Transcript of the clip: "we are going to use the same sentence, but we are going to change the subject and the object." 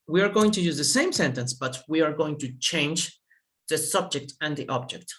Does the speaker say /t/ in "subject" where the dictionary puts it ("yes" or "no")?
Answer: yes